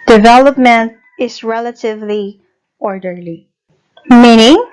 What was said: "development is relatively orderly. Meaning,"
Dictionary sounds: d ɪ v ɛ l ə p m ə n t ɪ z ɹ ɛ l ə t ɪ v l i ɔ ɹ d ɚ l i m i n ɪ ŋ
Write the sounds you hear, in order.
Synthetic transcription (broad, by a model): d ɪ v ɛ l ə p m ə n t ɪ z ɹ ɛ l ə t ɪ v l i ɔ ɹ d ɚ l i m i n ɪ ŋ